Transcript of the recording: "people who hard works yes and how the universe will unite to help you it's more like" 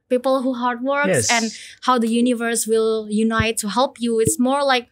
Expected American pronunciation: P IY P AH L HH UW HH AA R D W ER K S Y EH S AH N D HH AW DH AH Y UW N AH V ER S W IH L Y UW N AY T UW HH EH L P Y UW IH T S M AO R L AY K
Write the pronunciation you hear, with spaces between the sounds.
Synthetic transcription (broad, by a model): P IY P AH L HH UW HH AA R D W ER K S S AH N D HH AW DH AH Y UW N AH V ER S W IH L Y UW N AY T UW HH EH L P Y UW IH T S M AO R L AY K